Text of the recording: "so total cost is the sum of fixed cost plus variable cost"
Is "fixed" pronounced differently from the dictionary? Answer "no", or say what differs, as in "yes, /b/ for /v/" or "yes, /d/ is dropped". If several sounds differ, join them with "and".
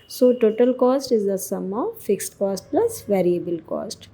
no